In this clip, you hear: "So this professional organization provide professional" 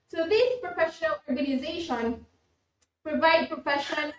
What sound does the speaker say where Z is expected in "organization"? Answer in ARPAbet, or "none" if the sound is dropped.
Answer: Z